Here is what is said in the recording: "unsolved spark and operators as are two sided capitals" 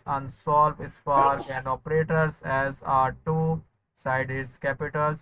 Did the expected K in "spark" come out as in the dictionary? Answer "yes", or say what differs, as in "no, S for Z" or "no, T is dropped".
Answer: no, K is dropped